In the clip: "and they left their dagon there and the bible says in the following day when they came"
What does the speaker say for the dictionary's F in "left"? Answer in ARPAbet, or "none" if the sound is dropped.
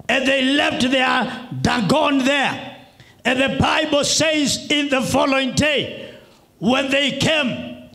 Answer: F